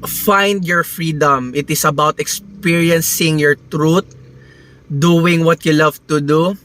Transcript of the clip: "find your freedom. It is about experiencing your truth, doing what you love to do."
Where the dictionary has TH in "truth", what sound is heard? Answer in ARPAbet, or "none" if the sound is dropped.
T